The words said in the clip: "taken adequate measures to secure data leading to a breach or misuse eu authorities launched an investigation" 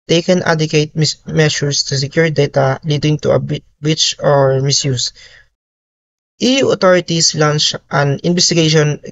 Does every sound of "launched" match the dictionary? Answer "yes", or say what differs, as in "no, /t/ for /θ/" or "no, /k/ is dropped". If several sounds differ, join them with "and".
yes